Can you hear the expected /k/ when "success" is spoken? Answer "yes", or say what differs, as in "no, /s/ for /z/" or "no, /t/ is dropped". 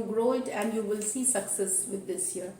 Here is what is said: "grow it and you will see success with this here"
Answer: yes